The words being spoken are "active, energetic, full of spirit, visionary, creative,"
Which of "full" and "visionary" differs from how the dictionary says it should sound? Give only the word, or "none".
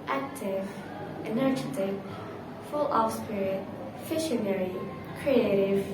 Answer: visionary